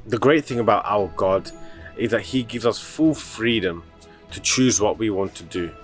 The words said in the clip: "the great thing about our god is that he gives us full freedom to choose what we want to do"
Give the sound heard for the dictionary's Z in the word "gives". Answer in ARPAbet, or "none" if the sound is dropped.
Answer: Z